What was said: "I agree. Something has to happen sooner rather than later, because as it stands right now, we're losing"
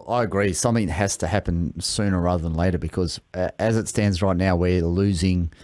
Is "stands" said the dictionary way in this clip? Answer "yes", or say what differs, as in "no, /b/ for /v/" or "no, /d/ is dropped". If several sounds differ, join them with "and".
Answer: yes